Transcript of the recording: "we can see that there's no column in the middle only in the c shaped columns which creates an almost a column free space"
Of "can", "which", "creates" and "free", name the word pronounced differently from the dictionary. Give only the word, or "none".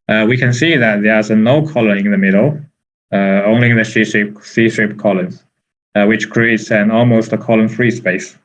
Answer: none